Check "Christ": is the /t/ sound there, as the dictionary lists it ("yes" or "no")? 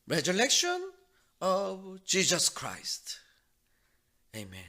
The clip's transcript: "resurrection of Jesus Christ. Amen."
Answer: yes